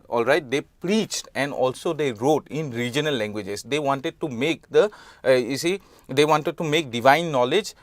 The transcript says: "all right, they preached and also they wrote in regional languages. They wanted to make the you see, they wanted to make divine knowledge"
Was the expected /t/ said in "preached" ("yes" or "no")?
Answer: yes